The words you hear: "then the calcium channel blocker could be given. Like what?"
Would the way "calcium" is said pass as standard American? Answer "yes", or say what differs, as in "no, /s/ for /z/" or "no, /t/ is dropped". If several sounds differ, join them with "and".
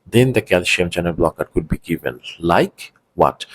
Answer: no, /ʃ/ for /s/